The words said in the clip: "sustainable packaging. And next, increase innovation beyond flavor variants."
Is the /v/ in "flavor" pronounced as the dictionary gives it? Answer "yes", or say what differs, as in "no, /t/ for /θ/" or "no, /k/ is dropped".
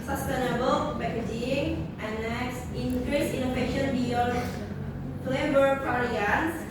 no, /b/ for /v/